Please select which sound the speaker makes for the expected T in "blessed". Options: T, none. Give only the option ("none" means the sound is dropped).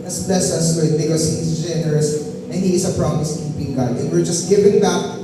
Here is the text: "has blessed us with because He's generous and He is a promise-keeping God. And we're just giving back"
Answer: none